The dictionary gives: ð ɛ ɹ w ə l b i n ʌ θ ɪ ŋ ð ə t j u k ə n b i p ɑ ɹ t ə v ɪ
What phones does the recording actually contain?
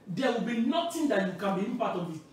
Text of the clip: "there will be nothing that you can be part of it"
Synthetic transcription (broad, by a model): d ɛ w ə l b i n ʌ t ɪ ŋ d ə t j u k ə n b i p ɑ t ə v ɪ